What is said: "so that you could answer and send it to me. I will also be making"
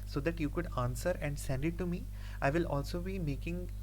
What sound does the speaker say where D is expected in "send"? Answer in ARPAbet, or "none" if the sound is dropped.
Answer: D